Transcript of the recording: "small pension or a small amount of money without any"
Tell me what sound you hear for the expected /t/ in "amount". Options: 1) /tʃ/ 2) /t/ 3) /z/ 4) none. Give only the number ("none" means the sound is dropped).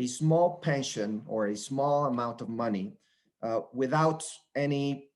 2